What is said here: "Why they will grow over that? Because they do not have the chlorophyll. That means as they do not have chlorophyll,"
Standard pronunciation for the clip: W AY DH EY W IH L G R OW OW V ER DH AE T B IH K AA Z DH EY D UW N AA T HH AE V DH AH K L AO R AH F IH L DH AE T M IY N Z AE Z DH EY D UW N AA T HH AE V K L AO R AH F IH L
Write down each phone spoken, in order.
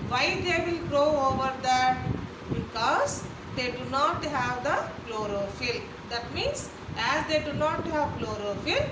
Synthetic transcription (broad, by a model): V AY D EY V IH L G R OW OW V ER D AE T B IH K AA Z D EY D UW N AA T HH AE V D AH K L AO R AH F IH L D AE T M IY N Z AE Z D EY D UW N AA T HH AE V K L AO R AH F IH L